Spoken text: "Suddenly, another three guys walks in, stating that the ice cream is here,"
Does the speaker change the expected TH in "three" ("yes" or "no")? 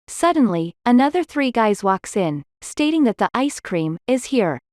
no